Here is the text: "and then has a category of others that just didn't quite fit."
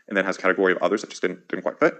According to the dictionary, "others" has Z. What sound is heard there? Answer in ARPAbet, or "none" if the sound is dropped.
Z